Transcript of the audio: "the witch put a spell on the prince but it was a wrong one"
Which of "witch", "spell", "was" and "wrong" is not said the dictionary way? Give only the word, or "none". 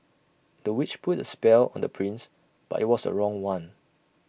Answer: was